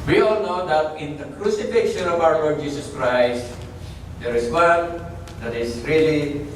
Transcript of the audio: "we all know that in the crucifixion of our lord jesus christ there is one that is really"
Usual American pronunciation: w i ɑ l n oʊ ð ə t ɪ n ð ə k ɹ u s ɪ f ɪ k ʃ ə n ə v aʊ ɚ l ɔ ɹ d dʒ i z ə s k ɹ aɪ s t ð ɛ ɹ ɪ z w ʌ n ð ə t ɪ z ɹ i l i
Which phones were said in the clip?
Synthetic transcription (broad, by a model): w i ɑ l n oʊ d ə t ɪ n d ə k ɹ u s ɪ f ɪ k ʃ ə n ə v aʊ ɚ l ɔ ɹ d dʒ i s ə s k ɹ aɪ s t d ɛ ɹ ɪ s w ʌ n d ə t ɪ s ɹ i l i